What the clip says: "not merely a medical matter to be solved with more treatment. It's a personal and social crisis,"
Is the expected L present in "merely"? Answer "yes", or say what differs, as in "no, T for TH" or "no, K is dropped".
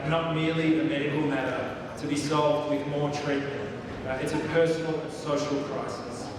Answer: yes